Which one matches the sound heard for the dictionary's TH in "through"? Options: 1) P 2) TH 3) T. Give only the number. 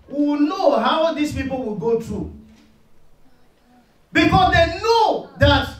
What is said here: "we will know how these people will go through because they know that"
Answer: 3